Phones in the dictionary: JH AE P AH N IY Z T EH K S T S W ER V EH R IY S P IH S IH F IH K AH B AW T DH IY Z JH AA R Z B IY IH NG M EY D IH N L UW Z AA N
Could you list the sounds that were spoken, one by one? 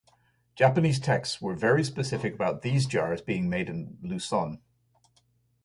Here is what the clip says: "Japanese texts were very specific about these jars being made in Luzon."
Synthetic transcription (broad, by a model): JH AE P AH N IY Z T EH K S T S W ER V EH R IY S P IH S IH F IH K AH B AW T DH IY Z JH AA R Z B IY IH NG M EY D IH N L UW S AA N